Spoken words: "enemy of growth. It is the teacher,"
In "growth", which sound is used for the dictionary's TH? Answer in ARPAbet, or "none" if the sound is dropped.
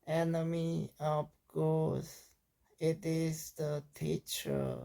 S